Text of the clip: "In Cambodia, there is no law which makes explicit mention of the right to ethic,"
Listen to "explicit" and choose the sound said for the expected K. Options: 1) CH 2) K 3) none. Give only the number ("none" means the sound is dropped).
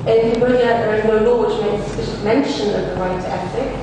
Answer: 3